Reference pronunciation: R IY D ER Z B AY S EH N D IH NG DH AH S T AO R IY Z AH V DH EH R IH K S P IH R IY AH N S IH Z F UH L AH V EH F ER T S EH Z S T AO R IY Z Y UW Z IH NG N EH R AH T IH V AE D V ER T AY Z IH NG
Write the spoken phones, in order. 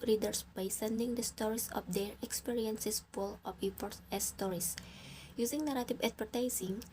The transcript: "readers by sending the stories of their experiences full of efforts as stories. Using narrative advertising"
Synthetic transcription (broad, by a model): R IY D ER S B AY S EH N D IH NG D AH S T AO R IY S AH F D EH R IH K S P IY R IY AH N S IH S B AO L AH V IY P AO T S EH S T AO R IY S Y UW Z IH NG N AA R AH T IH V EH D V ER T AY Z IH NG